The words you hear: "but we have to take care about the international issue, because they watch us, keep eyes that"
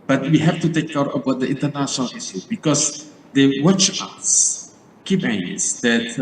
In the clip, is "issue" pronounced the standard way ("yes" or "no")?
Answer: no